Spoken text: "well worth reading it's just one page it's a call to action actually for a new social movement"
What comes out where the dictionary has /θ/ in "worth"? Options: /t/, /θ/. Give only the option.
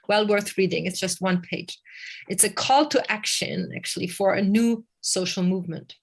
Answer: /θ/